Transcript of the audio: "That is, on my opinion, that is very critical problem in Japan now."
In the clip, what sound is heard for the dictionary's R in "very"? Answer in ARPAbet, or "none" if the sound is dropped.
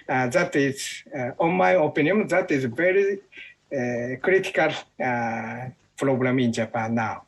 R